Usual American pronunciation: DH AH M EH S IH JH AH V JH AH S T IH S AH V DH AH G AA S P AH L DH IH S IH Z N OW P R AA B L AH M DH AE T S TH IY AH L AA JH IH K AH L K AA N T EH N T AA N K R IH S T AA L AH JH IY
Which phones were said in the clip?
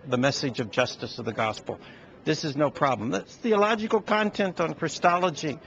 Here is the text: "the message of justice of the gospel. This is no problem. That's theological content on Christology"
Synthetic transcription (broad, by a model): DH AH M EH S IH JH AH V JH AH S T IH S AH V DH AH G AA S P L DH IH S IH Z N OW P R AA B L AH M DH AE T S TH IY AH L AA JH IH K L K AA N T EH N T N K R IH S T AA L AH JH IY